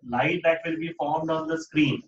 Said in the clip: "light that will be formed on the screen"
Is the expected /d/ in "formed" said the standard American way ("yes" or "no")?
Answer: yes